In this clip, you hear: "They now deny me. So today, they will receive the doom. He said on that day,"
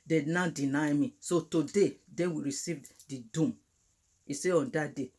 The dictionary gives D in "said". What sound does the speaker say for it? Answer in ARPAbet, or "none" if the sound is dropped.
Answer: none